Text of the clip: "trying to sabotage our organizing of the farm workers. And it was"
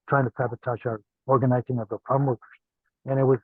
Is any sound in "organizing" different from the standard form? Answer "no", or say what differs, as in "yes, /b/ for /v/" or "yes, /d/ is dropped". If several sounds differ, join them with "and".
no